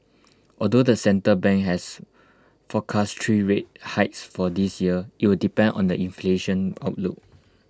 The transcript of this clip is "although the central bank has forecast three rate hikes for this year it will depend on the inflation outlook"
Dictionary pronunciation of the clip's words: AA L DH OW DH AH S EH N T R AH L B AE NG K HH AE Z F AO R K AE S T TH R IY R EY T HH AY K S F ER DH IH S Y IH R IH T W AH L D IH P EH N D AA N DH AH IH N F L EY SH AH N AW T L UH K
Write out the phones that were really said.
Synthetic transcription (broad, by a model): AA L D OW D AH S EH N T AH B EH NG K HH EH S F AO K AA S T R IY R EY T HH AY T S F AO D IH S Y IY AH IH T W AH L D IH P EH N D AA N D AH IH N F L EY SH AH N AW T L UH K